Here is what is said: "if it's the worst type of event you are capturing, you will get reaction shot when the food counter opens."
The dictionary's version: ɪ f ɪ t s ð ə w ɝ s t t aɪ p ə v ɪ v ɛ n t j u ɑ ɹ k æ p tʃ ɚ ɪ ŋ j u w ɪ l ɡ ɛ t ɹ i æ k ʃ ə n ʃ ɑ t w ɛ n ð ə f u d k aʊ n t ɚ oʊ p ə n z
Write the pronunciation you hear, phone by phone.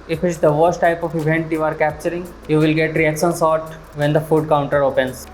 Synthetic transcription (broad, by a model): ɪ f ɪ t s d ə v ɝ s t t aɪ p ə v ɪ v ɛ n t j u ɑ ɹ k æ p tʃ ɚ ɪ ŋ j u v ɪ l ɡ ɛ t ɹ i æ k ʃ ə n s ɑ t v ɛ n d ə f u d k aʊ n t ɚ oʊ p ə n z